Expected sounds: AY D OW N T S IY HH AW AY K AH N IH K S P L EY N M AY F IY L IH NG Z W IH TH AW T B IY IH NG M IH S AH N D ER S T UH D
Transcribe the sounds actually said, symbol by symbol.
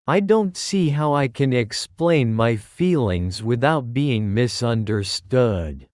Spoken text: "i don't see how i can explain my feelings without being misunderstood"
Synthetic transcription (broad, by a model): AY D OW N T S IY HH AW AY K AH N IH K S P L EY N M AY F IY L IH NG Z W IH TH AW T B IY IH NG M IH S AH N D ER S T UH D